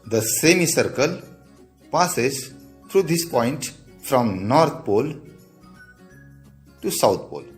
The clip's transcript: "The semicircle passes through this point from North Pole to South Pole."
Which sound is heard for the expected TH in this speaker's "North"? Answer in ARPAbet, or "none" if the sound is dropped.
T